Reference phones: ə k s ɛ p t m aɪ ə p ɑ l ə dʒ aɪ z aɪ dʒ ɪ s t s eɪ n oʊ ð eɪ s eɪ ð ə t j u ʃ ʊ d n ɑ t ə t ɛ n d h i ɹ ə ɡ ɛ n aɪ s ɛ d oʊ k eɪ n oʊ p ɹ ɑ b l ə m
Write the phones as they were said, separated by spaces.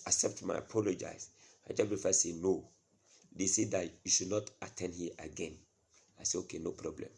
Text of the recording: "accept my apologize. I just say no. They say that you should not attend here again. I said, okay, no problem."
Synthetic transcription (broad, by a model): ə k s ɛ p t m aɪ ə p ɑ l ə dʒ aɪ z aɪ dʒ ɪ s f s eɪ n oʊ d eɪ s eɪ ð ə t j u ʃ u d n ɑ t ə t ɛ n d h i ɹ ə ɡ ɛ n aɪ s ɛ oʊ k eɪ n oʊ p ɹ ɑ b l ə m